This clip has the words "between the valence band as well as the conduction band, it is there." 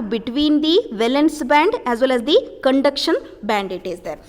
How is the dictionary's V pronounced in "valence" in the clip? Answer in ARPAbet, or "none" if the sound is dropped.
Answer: V